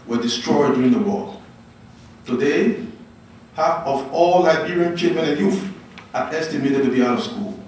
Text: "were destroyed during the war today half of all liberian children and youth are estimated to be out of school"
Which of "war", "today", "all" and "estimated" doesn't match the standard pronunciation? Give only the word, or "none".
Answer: war